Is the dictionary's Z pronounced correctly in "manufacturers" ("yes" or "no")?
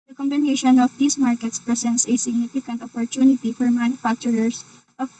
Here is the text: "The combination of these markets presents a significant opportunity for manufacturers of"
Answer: no